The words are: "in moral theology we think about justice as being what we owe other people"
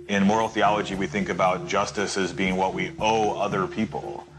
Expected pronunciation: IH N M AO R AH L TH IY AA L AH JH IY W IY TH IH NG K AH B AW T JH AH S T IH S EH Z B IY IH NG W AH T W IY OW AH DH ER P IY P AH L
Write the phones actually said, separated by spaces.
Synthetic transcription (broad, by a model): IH N M AO R L TH IY AA L AH JH IY W IY TH IH NG K AH B AW T JH AH S T IH S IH Z B IY IH NG W AH T W IY OW AH DH ER P IY P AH L